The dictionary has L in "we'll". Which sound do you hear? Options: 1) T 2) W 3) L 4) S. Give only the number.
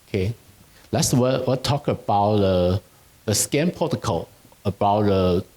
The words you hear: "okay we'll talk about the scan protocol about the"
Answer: 2